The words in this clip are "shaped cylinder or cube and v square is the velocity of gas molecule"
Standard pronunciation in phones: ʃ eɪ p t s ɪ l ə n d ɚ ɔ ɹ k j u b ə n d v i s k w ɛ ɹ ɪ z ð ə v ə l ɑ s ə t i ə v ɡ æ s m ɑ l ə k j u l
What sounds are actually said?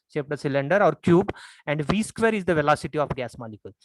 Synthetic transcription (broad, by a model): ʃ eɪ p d s ɪ l ə n d ɚ ɔ ɹ k j u b ə n d v i s k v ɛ ɹ ɪ z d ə v ə l ɑ s ə t i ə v ɡ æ s m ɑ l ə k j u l